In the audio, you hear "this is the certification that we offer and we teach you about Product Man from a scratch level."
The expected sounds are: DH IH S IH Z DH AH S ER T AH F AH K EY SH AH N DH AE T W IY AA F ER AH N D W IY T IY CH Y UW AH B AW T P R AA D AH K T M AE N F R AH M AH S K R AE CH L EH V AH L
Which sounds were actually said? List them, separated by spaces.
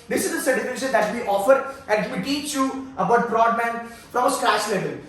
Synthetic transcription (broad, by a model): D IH S IH Z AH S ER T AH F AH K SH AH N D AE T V IY AA F ER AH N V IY T IY CH Y UW AH B AW T B R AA D M AE N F R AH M AH S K R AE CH L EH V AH L